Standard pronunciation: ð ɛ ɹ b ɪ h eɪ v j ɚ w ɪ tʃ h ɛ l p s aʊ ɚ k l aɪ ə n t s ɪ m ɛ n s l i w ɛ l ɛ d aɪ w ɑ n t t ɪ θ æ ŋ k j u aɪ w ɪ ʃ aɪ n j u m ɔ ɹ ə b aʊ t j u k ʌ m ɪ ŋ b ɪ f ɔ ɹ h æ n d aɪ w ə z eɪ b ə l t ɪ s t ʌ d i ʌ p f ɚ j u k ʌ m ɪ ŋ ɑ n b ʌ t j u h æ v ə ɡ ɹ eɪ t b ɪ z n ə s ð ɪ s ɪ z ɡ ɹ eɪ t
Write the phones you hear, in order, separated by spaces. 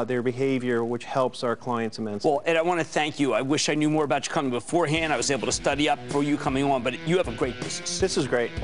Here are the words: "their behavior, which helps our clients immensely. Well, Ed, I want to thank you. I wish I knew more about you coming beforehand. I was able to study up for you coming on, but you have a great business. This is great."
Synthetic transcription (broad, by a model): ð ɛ ɹ b ɪ h eɪ v j ɚ w ɪ tʃ h ɛ l p s aʊ ɚ k l aɪ ə n t s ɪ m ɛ n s w ɛ l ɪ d aɪ w ɑ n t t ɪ θ æ ŋ k j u aɪ w ɪ ʃ aɪ n j u m ɔ ɹ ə b aʊ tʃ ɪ k ʌ m ɪ ŋ b ɪ f ɔ ɹ h æ n d aɪ w ə z eɪ b l t ɪ s t ʌ d i ʌ p f ɚ j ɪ k ʌ m ɪ ŋ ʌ n b ʌ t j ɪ v ə ɡ ɹ eɪ t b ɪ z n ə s ð ɪ s ɪ z ɡ ɹ eɪ t